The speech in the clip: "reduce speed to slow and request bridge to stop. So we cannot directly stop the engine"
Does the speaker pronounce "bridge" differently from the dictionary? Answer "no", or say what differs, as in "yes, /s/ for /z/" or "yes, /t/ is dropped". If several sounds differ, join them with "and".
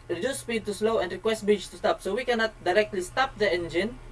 yes, /ɹ/ is dropped